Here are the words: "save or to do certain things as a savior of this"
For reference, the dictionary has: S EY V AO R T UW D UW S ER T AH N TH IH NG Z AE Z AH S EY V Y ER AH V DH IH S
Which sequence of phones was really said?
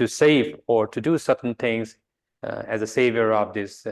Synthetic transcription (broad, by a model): S EY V AO R T UW D UW S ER T N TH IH NG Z AE Z AH S EY V Y ER AH V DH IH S